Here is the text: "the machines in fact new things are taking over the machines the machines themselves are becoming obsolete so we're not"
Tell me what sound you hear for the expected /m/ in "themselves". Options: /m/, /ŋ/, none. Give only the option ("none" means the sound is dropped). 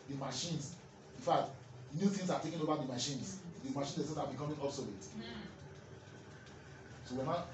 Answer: none